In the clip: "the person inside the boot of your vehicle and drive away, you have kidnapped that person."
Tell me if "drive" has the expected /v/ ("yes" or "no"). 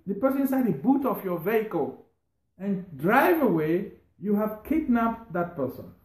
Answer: yes